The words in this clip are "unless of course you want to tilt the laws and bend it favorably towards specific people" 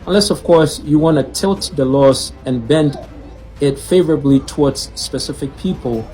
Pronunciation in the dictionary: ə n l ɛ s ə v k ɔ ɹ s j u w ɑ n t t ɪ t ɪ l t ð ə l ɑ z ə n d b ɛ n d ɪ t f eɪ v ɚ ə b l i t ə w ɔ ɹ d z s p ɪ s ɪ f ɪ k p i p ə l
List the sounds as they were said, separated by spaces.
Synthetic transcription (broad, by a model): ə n l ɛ s ə v k ɔ ɹ s j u w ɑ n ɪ t ɪ l t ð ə l ɑ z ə n b ɛ n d ɪ t f eɪ v ɚ ə b l i t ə w ɔ ɹ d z s p ɪ s ɪ f ɪ k p i p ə l